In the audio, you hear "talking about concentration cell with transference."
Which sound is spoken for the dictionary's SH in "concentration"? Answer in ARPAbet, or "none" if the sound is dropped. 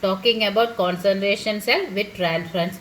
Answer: SH